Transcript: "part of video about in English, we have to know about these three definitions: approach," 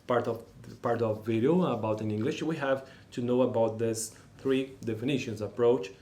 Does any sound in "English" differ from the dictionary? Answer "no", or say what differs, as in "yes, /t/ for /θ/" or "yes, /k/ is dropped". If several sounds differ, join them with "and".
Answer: no